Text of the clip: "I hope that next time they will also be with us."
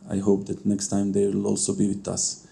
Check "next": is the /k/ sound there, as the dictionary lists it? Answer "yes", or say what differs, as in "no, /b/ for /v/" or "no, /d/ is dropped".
yes